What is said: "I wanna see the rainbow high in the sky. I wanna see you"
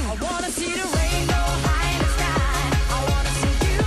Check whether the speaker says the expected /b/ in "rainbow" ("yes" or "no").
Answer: no